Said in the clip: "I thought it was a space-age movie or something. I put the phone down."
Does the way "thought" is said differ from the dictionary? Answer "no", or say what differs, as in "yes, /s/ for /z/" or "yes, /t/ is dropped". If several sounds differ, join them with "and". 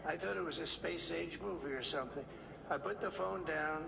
no